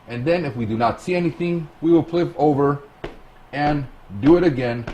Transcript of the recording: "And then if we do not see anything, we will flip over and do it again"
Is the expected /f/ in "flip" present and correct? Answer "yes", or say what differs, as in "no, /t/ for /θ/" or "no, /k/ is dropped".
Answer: no, /p/ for /f/